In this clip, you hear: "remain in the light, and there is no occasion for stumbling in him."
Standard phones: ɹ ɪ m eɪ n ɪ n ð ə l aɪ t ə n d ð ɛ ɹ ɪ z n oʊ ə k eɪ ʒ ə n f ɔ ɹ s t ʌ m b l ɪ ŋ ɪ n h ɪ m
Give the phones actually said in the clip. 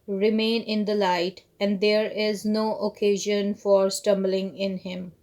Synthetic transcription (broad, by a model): ɹ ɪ m eɪ n ɪ n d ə l aɪ t ə n d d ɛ ɹ ɪ z n oʊ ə k eɪ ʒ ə n f ɔ ɹ s t ʌ m b l ɪ ŋ ɪ n h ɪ m